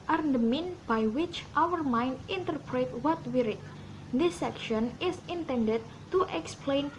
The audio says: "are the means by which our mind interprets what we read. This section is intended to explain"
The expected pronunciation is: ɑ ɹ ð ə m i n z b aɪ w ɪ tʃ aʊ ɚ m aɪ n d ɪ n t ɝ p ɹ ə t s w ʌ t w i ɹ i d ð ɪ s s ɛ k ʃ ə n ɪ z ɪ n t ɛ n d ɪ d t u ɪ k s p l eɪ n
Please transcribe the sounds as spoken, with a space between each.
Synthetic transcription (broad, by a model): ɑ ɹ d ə m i n b aɪ w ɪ tʃ aʊ ɚ m aɪ n d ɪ n t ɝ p ɹ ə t w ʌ t w i ɹ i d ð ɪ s s ɛ k ʃ ə n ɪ s ɪ n t ɛ n d ɪ d t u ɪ k s p l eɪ n